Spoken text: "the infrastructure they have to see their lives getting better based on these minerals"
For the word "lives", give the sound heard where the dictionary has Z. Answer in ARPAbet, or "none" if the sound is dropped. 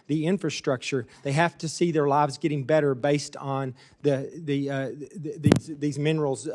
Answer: Z